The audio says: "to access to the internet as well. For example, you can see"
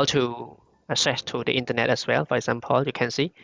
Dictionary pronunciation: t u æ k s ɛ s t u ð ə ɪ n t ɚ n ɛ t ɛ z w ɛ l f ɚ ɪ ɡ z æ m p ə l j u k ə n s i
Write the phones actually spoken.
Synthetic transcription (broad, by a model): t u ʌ s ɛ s t u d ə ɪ n t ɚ n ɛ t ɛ s w ɛ l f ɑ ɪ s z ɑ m p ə l j u k ə n s i